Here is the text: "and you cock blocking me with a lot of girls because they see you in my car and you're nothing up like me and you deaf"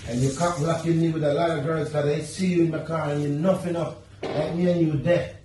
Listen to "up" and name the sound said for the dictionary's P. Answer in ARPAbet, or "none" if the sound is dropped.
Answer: F